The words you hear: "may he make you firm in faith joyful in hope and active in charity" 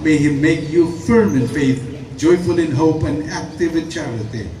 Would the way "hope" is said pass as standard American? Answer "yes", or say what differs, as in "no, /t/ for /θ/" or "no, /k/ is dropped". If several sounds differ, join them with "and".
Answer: yes